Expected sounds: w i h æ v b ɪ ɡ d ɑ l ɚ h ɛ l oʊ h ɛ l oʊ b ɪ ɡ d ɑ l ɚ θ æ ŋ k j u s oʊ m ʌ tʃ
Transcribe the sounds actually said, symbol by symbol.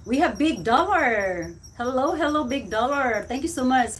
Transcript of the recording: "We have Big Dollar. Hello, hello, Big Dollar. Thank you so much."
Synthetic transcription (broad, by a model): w i h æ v b ɪ ɡ d ɑ l ɚ h ɛ l oʊ h ɛ l oʊ b ɪ ɡ d ɑ l ɚ t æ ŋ k j u s oʊ m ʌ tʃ